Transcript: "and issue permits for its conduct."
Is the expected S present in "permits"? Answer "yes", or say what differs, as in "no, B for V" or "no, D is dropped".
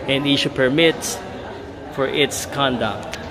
no, S is dropped